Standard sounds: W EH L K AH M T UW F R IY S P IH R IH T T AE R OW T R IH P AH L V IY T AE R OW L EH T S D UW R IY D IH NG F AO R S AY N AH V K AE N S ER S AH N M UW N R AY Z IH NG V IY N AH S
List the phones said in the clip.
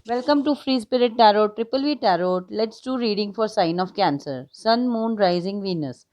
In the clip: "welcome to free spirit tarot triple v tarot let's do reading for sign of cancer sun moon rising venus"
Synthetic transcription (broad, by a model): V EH L K AH M T UW F R IY S P IH R IH T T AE R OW T R IH P AH L V IY T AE R OW L EH T S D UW R IY D IH NG F AO R S AY N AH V K AE N S ER S AH N M UW N R AY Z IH NG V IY N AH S